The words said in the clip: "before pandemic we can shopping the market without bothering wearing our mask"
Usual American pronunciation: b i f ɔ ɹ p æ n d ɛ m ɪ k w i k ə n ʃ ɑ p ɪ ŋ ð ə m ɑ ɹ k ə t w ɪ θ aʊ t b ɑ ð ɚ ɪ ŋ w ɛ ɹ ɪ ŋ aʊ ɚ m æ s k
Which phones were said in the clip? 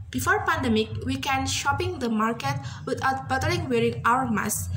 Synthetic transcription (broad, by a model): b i f ɔ ɹ p æ n d ɛ m ɪ k w i k ə n ʃ ɑ p ɪ ŋ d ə m ɑ ɹ k ə t w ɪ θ aʊ t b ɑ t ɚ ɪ ŋ w ɛ ɹ ɪ ŋ aʊ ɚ m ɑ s